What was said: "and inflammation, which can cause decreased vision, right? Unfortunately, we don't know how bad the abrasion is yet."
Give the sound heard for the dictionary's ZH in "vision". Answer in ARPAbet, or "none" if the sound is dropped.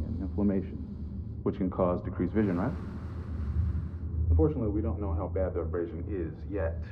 ZH